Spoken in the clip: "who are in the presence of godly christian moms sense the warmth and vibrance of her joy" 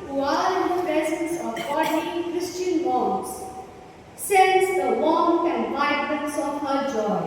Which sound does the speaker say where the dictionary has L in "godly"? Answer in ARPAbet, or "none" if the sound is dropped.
none